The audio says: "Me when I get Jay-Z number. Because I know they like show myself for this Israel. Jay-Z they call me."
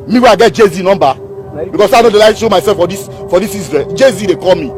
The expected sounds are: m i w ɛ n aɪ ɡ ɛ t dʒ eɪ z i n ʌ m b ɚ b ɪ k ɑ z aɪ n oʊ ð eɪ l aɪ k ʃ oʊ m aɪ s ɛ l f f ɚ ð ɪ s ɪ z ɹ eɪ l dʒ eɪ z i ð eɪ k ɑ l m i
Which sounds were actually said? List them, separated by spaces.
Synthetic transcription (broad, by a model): m i w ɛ aɪ ɡ ɛ t dʒ eɪ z i n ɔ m b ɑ b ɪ k ɑ s aɪ n oʊ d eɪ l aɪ ʃ oʊ m aɪ s ɛ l f f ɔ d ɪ s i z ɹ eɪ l dʒ eɪ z i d eɪ k ɑ l m i